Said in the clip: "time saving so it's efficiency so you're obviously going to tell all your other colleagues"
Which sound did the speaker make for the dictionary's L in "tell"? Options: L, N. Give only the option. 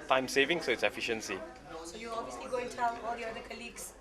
N